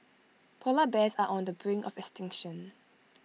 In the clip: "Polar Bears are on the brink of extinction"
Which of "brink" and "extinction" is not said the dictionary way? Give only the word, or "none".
brink